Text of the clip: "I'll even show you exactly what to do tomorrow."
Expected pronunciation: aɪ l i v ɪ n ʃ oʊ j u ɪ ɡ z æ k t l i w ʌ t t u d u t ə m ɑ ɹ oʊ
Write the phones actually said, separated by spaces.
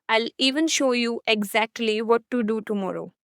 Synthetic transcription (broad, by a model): aɪ l i v ɪ n ʃ oʊ j u ɪ ɡ z æ k t l i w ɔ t t u d u t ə m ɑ ɹ oʊ